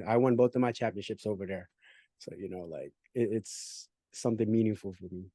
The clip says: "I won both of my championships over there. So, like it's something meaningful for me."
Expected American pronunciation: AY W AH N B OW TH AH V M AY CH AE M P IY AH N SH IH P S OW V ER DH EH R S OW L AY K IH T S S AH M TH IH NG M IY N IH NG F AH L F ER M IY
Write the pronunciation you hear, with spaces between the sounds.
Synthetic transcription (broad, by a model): AY W AH N B OW TH AH V M AY CH AE M P IY AH N SH IH P S OW V ER DH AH R S OW L AY K IH T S S AH M TH IH NG M IY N IH NG F L F ER M IY